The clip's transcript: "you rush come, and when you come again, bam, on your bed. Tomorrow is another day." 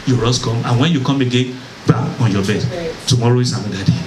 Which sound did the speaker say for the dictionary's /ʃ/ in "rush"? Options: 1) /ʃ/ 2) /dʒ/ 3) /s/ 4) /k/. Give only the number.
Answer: 3